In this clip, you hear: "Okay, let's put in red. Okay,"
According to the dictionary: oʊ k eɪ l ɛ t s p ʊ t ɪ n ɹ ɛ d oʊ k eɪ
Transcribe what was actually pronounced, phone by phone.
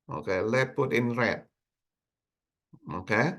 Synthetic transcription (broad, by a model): oʊ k eɪ l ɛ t p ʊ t ɪ n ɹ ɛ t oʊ k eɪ